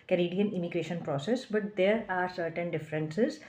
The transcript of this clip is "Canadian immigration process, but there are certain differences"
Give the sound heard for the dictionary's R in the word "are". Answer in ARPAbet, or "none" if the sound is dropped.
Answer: R